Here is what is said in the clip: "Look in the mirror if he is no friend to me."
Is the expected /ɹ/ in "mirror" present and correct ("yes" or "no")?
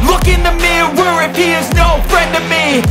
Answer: no